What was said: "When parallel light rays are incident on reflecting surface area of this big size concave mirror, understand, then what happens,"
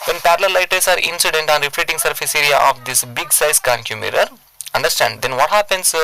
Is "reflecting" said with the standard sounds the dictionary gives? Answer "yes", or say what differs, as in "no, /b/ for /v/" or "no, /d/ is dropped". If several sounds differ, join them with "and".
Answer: no, /k/ is dropped